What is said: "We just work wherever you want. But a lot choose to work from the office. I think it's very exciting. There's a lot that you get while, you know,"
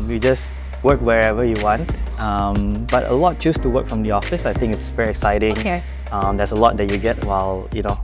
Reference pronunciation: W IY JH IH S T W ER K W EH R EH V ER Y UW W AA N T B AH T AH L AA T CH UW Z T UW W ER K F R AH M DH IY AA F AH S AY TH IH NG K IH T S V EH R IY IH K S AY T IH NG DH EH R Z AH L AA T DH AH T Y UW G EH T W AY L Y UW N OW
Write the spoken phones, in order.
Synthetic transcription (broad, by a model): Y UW JH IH S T W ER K W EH R EH V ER Y UW W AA N T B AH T AH L AA T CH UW S T UW W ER K F R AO M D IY AA F AH S AY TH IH NG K IH T S V EH R IY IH K S AY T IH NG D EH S AH L AA T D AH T Y UW G EH T W AY L Y UW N OW